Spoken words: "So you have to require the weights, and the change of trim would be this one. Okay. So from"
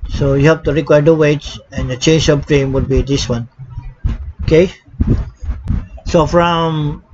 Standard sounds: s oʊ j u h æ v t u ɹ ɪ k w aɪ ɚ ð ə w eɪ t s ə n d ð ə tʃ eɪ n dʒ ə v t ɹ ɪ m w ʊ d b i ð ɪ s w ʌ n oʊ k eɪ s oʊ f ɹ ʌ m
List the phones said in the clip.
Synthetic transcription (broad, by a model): s oʊ j u h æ p t u ɹ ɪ k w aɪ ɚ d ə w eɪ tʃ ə n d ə tʃ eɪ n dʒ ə p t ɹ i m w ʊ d b i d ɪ s w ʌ n oʊ k eɪ s oʊ f ɹ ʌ m